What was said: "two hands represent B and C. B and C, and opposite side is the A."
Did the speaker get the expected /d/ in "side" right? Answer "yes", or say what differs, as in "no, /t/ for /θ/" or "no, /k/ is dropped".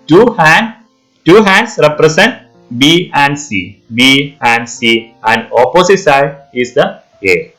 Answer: no, /d/ is dropped